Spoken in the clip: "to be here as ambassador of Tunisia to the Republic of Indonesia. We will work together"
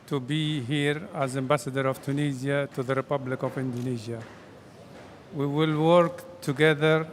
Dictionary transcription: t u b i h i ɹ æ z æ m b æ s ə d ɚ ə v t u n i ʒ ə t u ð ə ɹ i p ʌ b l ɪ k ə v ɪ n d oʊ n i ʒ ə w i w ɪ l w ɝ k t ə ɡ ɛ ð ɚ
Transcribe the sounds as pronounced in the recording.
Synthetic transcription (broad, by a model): t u b i h i ɹ æ z æ m b æ s ə d ɚ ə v t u n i z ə t u ð ə ɹ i p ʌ b l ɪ k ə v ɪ n d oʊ n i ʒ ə w i w ɪ l w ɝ k t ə ɡ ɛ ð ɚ